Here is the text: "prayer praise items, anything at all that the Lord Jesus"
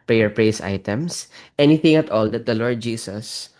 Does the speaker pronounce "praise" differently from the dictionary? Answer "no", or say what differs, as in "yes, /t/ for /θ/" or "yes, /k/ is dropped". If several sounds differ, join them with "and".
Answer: yes, /s/ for /z/